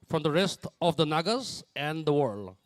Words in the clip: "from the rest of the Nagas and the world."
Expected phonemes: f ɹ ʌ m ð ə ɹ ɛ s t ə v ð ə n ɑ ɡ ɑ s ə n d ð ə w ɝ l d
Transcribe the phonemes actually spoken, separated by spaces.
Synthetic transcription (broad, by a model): f ɹ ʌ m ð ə ɹ ɛ s t ə v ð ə n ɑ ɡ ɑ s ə n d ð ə w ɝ l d